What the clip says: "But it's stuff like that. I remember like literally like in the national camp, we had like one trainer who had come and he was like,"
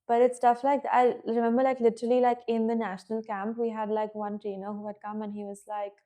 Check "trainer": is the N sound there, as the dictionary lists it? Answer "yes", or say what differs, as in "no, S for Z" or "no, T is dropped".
yes